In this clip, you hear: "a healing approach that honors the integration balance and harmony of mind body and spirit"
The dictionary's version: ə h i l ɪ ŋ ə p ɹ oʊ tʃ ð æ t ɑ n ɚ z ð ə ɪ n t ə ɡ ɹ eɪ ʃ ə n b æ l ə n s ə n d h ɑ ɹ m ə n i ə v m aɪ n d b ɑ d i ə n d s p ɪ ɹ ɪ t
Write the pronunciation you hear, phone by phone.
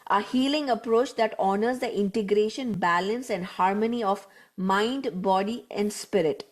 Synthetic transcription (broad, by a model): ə h i l ɪ ŋ ə p ɹ oʊ tʃ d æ t ɑ n ɚ z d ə ɪ n t ə ɡ ɹ eɪ ʃ ə n b æ l ə n s ə n d h ɑ ɹ m ə n i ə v m aɪ n d b ɑ d i ə n d s p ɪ ɹ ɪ t